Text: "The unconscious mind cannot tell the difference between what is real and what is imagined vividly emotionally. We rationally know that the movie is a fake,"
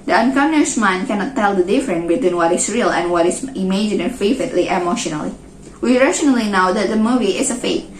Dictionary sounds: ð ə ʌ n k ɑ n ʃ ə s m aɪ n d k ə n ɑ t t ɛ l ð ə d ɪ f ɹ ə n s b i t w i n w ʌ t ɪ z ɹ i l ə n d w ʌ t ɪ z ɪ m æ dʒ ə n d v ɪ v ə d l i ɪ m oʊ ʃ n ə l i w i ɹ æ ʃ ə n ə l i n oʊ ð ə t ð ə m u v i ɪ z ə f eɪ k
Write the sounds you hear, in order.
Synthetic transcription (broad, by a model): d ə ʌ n k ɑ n ə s m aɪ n k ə n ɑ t t ɛ l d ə d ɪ f ɹ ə n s b i t w i n w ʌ t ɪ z ɹ i l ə n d w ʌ t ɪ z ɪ m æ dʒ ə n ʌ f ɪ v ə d l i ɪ m oʊ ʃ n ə l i w i ɹ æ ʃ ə n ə l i n oʊ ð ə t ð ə m u v i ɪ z ə f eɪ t